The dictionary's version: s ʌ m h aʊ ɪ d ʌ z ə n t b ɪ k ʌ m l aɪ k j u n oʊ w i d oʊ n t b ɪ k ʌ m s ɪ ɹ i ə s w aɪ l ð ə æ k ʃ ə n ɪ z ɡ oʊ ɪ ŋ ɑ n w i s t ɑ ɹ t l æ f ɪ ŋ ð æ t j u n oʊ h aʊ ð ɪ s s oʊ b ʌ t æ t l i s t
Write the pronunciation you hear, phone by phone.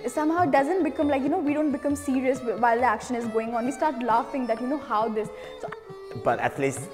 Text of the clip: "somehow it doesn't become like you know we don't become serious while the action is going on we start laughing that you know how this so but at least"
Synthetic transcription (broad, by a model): s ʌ m h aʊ ɪ d ʌ z ə n t b ɪ k ʌ m l aɪ k j u n oʊ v i d oʊ n t b ɪ k ʌ m s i ɹ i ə s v aɪ l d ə æ k ʃ ə n ɪ z ɡ oʊ ɪ ŋ ɑ n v i s t ɑ ɹ t l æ f ɪ ŋ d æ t j u n oʊ h aʊ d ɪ s s oʊ b ʌ t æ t l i s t